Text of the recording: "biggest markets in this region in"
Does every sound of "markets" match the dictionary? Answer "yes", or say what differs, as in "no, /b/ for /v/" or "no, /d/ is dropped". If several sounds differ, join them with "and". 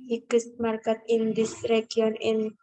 no, /s/ is dropped